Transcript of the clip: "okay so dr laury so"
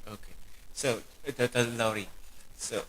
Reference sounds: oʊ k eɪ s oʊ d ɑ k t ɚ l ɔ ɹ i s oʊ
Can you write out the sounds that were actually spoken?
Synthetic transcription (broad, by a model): oʊ k eɪ s oʊ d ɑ t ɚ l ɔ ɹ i s oʊ